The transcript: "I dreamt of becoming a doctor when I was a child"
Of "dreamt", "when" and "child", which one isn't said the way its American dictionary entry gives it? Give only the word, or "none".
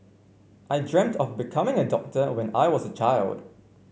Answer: none